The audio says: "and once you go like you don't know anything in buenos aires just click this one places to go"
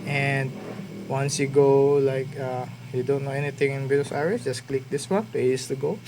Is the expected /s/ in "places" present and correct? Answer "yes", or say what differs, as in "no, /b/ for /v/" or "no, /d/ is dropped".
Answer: no, /s/ is dropped